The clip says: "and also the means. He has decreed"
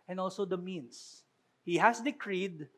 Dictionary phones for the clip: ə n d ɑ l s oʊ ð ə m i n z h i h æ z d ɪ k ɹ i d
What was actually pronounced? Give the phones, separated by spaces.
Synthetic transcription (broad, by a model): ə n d ɑ l s oʊ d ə m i n s h i h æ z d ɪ k ɹ i d